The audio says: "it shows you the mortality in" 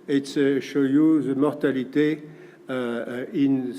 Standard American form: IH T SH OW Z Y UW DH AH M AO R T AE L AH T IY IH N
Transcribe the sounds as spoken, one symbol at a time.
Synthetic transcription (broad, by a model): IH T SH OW Y UW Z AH M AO R T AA L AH T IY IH N